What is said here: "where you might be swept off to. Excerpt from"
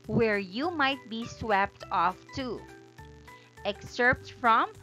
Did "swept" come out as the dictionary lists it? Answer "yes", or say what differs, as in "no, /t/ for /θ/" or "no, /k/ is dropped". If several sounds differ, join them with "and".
yes